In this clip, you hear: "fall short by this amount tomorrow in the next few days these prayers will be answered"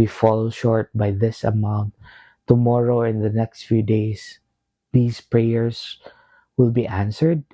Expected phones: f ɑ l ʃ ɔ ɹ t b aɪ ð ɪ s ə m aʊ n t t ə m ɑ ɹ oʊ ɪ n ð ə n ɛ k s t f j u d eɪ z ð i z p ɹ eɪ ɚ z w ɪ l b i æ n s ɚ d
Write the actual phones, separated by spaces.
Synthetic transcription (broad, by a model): f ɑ l ʃ ɔ ɹ t b aɪ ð ɪ s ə m aʊ n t t ə m ɑ ɹ oʊ ɪ n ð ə n ɛ k s t f j u d eɪ s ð i s p ɹ eɪ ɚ s w ɪ l b i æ n s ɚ d